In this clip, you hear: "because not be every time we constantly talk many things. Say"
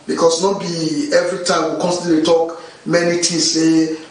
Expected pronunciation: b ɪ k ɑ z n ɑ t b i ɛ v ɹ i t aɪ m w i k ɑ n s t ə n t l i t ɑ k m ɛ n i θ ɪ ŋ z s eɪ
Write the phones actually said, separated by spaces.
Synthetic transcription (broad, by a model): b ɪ k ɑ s n ɑ t b i ɛ v ɹ i t aɪ m w i k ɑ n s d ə t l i t ɑ k m ɛ n i t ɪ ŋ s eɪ